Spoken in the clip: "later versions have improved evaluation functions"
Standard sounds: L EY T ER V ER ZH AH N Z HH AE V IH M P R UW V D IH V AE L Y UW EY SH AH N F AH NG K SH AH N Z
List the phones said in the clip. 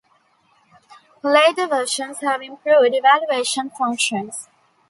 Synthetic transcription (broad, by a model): L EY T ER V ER SH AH N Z HH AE V IH M P R UW V D IH V AE L Y UW EY SH AH N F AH NG K SH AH N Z